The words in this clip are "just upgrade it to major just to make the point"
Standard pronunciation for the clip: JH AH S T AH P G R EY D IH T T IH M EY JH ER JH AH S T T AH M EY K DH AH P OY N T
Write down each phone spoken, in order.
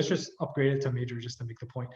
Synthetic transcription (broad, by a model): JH AH S T AH P G R EY D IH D T IH M EY JH ER JH AH S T T AH M EY K DH AH P OY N T